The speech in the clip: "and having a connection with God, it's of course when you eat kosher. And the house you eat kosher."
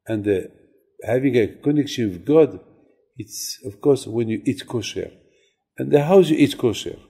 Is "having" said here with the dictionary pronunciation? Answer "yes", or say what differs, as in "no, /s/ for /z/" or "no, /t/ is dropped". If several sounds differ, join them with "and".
yes